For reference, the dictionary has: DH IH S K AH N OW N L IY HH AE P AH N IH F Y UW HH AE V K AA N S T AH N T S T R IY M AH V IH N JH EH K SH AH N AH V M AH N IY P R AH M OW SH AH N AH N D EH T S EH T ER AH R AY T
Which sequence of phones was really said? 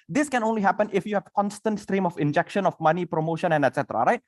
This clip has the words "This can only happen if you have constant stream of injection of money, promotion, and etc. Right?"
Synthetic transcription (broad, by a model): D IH S K AH N OW N L IY HH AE P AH N IH F Y UW HH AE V K AA N S T AH N T S T R IY M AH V IH N JH EH K SH AH N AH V M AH N IY P R AH M OW SH AH N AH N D EH T S EH T ER AH R AY T